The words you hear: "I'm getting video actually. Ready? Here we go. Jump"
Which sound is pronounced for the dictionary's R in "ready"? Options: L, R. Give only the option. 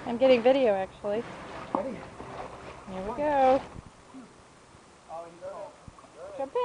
L